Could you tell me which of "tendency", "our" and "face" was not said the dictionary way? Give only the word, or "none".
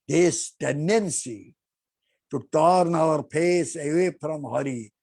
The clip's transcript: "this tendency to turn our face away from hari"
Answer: face